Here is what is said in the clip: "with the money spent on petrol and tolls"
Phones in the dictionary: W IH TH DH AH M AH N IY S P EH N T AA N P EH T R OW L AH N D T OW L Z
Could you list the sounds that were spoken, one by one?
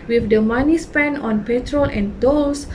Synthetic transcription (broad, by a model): W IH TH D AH M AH N IY S P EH N AA N P EH T R OW L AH N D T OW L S